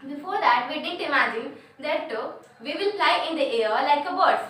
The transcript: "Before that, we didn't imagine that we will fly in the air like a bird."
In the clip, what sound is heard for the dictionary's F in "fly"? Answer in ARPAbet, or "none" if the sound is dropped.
P